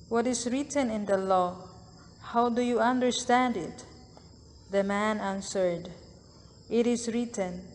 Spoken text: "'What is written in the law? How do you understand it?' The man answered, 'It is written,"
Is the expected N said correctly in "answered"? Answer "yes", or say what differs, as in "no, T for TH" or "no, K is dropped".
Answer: yes